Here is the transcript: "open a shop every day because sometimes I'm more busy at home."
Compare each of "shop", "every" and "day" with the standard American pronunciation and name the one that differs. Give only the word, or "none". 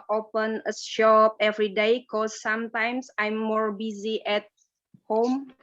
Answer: none